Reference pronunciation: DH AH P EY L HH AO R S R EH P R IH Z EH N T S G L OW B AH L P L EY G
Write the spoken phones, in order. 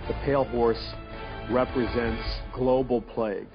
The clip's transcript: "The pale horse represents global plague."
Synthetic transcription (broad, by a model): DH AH P EY L HH AO R S R EH P R IH Z EH N T S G L OW B L P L EY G